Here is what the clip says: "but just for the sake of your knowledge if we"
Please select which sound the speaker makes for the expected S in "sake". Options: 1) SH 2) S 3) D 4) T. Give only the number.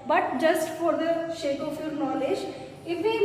1